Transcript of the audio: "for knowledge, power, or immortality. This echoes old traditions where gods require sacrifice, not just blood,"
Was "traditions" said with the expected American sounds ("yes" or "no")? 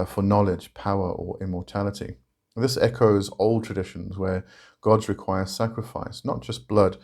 yes